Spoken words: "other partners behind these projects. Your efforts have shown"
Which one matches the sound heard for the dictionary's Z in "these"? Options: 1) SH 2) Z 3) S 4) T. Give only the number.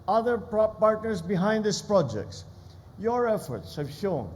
3